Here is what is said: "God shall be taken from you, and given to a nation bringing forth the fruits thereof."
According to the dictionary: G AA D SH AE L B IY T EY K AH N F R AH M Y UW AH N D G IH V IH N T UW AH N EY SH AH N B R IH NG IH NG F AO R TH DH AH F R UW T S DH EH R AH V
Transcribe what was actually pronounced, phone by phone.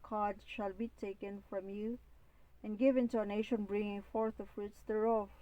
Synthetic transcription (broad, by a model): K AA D SH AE L B IY T EY K AH N F R AH M Y UW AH N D G IH V IH N T UW AH N EY SH AH N B R IH NG IH NG F AO R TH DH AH F R UW T S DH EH R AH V